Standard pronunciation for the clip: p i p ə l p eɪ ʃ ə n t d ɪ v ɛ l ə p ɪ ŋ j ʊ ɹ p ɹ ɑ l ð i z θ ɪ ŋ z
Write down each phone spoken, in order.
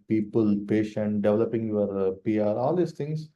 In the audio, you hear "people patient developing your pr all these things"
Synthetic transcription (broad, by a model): p i p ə l p eɪ ʃ ə n t d ɪ v ɛ l ə p ɪ ŋ j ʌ ɹ p ɹ ɑ l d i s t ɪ ŋ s